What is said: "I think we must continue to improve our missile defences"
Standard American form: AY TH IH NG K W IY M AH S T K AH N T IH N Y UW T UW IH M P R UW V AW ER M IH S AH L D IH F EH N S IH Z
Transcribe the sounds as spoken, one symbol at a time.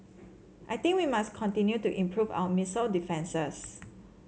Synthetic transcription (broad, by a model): AY T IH NG K W IY M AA S K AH N T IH N Y UW T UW IH M P R UW V AW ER M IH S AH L D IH F EH N S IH S